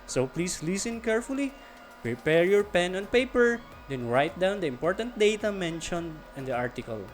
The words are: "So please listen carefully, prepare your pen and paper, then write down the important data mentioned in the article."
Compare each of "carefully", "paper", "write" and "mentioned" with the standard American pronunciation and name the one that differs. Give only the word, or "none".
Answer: mentioned